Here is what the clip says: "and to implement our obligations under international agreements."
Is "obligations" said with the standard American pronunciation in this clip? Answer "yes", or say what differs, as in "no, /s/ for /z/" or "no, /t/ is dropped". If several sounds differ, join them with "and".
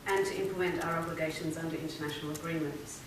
yes